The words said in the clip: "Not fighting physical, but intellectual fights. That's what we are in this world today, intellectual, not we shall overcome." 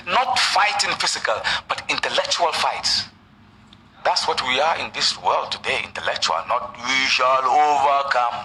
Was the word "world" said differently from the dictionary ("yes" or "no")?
no